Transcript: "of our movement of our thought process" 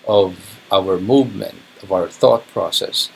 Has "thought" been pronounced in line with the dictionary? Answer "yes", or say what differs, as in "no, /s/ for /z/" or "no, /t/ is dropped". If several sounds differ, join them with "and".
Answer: yes